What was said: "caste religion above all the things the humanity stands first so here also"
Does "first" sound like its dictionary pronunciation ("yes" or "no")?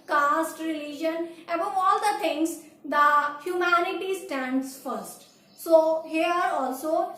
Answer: yes